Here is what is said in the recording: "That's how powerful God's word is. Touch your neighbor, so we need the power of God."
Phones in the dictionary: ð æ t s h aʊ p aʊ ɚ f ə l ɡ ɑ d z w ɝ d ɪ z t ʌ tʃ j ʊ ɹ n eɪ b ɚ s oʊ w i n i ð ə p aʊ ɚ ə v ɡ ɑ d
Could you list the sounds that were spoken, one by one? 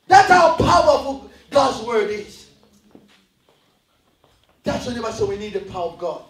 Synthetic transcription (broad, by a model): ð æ t s h aʊ p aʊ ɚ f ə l ɡ ɑ d z w ɝ d ɪ z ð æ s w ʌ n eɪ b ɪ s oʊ w i n i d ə p aʊ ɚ ə v ɡ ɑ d